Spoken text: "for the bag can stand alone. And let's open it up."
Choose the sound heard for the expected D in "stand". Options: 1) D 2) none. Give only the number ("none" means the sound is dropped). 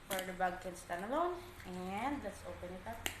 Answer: 2